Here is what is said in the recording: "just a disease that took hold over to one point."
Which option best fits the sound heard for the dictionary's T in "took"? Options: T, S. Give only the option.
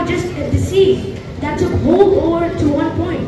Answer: S